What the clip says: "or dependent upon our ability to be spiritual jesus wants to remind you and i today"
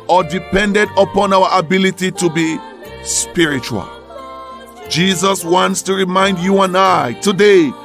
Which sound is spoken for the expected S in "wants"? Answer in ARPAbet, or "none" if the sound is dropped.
S